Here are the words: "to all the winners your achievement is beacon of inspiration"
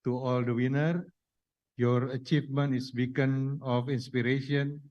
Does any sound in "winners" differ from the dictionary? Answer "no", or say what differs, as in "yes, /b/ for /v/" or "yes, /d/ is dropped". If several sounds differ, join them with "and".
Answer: yes, /z/ is dropped